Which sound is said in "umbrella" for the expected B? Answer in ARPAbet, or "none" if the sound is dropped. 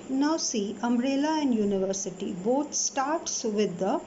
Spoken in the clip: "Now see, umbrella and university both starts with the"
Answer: none